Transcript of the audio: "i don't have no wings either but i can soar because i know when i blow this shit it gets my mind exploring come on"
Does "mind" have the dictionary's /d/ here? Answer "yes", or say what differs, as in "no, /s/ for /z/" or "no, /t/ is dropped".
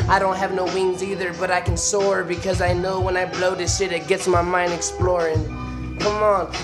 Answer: yes